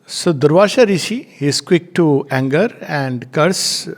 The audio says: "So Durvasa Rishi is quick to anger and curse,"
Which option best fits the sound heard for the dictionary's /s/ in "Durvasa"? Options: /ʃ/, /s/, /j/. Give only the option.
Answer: /ʃ/